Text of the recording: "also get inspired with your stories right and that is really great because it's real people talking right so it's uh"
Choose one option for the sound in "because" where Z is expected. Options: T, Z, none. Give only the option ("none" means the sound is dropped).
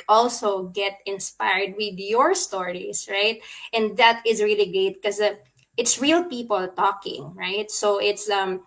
none